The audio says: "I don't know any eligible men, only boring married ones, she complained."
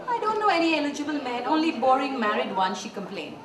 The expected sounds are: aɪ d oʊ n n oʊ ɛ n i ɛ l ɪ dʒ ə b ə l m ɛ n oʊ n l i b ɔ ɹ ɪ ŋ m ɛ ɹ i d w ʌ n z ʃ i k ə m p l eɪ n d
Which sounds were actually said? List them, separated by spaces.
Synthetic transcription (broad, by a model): aɪ d oʊ n n oʊ ɛ n i ɛ l ɪ dʒ ə b ə l m ɛ n oʊ n l i b ɔ ɹ ɪ ŋ m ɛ ɹ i d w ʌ n ʃ i k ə m p l eɪ n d